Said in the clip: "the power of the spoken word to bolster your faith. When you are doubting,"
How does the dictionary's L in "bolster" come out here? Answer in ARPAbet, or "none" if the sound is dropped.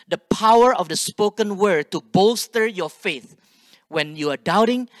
L